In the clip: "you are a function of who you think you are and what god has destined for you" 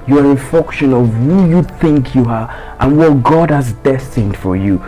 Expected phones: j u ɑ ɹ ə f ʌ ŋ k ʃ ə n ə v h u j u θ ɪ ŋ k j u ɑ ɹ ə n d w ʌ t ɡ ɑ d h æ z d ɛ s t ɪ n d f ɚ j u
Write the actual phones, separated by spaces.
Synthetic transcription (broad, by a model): j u ɑ ɹ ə f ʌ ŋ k ʃ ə n ə v h u j u θ ɪ ŋ k j u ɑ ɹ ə n w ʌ t ɡ ɑ d h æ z d ɛ s t ɪ n d f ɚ j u